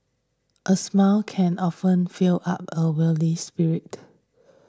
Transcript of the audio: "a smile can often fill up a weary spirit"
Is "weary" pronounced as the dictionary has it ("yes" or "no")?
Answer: no